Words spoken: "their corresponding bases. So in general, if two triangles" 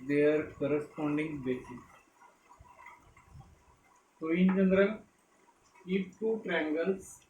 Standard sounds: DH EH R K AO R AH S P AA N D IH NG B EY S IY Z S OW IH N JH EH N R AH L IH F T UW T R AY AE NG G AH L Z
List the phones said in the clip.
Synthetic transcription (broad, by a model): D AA R K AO R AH S P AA N D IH NG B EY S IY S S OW IH N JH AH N R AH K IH P T UW T R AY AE NG G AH L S